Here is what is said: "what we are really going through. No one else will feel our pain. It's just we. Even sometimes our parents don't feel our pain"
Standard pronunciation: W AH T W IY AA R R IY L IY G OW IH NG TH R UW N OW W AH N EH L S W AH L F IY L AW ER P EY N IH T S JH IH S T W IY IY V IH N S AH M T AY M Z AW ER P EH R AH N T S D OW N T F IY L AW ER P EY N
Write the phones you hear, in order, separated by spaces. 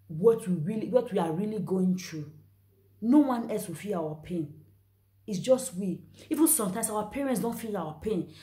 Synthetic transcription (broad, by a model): W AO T W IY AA W R IY L IY G OW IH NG T R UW N OW W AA N EH L S W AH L F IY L AW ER P EY N IH T S JH IH S T W IY IY V IH N S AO M T AY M S AW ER P EH R AH N T S D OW N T F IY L AW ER P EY N